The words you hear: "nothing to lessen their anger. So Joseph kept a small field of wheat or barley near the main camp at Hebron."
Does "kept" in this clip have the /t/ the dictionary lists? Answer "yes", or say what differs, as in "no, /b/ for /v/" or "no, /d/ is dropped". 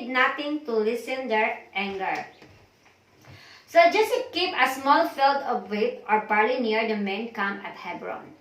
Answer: no, /t/ is dropped